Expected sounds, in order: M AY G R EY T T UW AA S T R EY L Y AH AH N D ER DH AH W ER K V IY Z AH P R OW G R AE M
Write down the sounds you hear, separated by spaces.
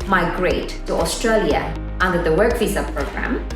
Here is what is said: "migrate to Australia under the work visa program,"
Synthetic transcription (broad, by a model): M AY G R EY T T UW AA S T R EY L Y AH AH N D ER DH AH W ER K F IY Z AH P R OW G R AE M